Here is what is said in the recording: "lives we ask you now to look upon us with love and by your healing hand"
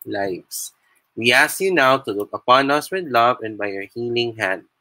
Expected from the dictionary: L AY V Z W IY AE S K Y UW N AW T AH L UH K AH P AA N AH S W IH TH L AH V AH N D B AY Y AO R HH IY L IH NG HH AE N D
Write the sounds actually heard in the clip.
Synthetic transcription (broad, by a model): L AY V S W IY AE S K Y UW N AW T AH L UH K AH P AA N AH S W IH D L AH V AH N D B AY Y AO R HH IY L IH NG HH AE N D